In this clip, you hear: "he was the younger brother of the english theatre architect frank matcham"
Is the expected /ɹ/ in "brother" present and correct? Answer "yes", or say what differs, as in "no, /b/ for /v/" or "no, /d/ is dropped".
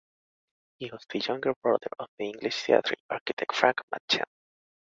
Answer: no, /ɹ/ is dropped